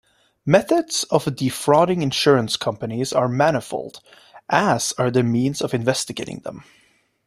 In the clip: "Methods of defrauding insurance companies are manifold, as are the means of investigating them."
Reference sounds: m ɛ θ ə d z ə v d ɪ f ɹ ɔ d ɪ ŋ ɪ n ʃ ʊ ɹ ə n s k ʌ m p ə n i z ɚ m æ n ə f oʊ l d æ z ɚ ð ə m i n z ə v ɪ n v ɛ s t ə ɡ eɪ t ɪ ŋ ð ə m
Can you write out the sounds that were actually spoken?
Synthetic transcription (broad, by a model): m ɛ θ ə d z ə v d ɪ f ɹ ɔ d ɪ ŋ ɪ n ʃ ʊ ɹ ə n s k ʌ m p ə n i z ɚ m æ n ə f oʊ l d æ z ɚ ð ə m i n z ə v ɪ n v ɛ s t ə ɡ eɪ t ɪ ŋ ð ə m